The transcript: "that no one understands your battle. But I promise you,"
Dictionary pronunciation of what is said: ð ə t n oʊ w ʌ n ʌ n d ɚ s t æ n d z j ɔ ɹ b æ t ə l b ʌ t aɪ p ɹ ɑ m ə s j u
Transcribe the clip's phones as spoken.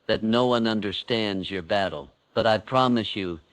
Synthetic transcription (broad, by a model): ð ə t n oʊ w ʌ n ʌ n d ɚ s t æ n d z j ɔ ɹ b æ t l b ʌ t aɪ p ɹ ɑ m ə s j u